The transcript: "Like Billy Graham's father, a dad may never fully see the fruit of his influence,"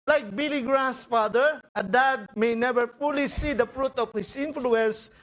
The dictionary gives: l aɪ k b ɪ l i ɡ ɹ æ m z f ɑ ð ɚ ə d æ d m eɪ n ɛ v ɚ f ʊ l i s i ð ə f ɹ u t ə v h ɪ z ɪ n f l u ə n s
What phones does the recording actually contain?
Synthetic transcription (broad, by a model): l aɪ k b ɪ l i ɡ ɹ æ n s f ɑ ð ɚ ə d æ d m eɪ n ɛ v ɚ f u l i s i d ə f ɹ u t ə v h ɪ s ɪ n f l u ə n s